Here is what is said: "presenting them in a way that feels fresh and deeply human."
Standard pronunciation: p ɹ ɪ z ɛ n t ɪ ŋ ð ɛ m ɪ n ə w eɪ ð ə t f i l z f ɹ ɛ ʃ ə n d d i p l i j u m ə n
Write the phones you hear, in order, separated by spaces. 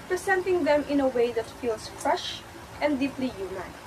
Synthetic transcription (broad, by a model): p ɹ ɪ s ɛ n t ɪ ŋ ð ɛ m ɪ n ə w eɪ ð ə t f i l s f ɹ ɛ ʃ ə n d d i p l i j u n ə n